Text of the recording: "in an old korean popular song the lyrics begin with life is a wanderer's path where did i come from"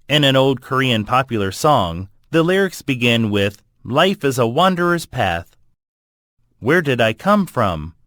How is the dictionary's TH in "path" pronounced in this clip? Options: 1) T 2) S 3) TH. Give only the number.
3